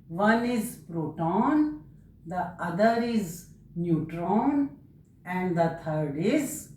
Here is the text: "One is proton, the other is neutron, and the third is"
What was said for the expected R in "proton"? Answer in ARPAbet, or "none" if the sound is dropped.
R